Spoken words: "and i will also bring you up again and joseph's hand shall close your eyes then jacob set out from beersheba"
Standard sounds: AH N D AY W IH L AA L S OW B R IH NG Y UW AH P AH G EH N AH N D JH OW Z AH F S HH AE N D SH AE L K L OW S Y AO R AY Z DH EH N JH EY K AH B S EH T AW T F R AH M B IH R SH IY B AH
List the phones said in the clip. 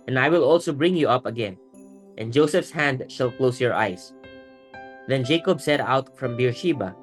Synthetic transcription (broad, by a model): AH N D AY W IH L AA L S OW B R IH NG Y UW AH P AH G EH N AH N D JH OW S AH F S HH AE N D SH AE L K L OW S Y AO R AY S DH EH N JH EY K AH B S EH T AW T F R AH M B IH R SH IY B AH